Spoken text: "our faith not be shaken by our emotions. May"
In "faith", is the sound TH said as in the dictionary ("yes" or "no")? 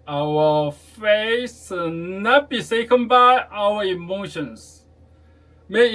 no